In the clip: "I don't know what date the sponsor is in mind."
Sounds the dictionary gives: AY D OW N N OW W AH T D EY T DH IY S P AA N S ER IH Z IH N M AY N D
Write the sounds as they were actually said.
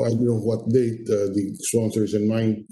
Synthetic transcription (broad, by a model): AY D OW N N OW W AH T D EY T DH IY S AA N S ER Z IH N M AY N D